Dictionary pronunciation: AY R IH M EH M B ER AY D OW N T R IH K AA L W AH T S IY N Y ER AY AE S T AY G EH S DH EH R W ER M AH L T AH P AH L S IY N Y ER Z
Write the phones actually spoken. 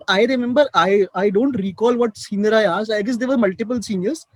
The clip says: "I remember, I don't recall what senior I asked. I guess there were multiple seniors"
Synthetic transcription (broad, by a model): AY R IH M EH M B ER AY D OW N T R IH K AA L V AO T S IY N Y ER AY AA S AY G EH S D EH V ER M AH L T AH P AH L S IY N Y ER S